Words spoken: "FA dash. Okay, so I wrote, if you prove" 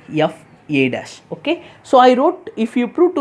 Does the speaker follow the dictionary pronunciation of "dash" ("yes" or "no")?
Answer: no